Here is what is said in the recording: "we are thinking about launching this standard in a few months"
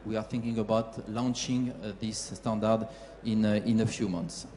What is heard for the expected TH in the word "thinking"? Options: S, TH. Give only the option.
TH